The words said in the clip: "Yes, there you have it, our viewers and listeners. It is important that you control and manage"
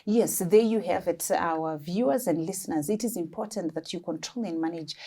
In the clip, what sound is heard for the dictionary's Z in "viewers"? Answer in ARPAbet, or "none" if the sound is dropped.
Z